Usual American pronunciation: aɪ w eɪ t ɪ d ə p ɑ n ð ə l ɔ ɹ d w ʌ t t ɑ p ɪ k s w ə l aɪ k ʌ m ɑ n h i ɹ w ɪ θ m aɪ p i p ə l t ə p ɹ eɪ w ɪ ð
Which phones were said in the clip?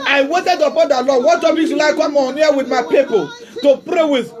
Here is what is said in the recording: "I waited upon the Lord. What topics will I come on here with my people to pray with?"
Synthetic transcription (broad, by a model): aɪ w eɪ t ɪ d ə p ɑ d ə l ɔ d w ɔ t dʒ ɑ b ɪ s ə l aɪ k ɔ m ɑ n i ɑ w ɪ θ m aɪ p i p ə l t ə p ɹ eɪ w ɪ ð